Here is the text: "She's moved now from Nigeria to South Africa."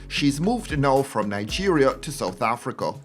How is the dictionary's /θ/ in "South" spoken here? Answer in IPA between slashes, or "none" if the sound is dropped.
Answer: /θ/